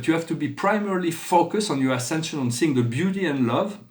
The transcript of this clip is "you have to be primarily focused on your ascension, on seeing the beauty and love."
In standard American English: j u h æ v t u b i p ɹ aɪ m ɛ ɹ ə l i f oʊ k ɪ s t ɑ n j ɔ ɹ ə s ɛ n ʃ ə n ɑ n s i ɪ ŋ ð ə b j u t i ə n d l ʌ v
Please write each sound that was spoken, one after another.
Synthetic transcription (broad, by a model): j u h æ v t u b i p ɹ aɪ m ɛ ɹ ə l i f oʊ k ɪ s t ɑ n j ɔ ɹ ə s ɛ n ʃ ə n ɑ n s i ɪ ŋ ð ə b j u t i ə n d l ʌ v